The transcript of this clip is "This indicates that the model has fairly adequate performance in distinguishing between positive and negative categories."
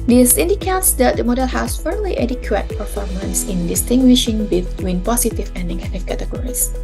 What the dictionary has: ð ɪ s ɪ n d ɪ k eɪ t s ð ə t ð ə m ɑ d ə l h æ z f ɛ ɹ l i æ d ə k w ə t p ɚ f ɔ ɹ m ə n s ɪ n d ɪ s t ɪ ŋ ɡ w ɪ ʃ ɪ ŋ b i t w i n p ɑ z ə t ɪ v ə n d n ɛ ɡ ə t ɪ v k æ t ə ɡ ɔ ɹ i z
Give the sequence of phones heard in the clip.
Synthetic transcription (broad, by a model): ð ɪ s ɪ n d ɪ k eɪ t s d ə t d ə m ɑ d ə l h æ s f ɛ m l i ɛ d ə k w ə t p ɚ f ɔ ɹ m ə n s ɪ n d ɪ s t ɪ ŋ ɡ w ɪ ʃ ɪ ŋ b i t w i n p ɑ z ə t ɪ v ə n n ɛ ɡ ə t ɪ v k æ t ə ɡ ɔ ɹ i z